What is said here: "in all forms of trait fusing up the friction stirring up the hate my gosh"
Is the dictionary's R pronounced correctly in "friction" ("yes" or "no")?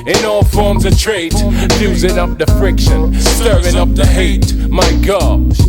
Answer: yes